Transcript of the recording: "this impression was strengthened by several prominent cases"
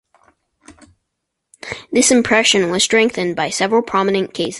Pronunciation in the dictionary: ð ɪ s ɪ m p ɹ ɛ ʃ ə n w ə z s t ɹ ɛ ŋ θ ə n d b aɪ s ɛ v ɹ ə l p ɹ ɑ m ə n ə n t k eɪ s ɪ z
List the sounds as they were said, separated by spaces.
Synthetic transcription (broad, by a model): ð ɪ s ɪ m p ɹ ɛ ʃ ə n w ə z s t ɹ ɛ ŋ θ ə n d b aɪ s ɛ v ɹ ə l p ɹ ɑ m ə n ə n k eɪ ɪ s